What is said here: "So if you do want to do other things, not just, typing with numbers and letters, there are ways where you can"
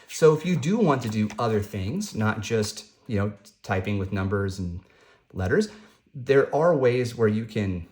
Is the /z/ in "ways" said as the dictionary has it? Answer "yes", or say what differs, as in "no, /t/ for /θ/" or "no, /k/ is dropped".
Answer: yes